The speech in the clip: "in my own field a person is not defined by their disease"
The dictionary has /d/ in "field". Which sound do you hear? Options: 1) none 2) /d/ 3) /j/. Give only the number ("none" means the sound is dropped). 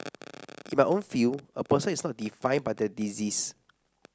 1